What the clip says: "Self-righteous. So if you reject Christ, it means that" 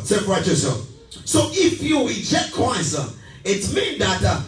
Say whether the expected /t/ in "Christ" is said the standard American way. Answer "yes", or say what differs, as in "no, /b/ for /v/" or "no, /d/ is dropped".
no, /t/ is dropped